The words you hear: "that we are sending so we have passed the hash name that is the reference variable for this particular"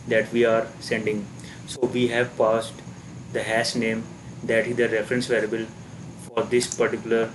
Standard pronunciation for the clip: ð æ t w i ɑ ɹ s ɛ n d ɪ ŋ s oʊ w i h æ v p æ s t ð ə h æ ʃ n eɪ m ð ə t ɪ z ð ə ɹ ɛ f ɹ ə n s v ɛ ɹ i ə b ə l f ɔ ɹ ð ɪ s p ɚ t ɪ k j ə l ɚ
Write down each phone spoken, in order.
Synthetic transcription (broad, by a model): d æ t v i ɑ ɹ s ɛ n d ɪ ŋ s oʊ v i h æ v p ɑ s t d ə h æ s n eɪ m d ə t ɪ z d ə ɹ ɛ f ɹ ə n s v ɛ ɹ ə b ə l f ɔ ɹ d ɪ s p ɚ t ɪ k j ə l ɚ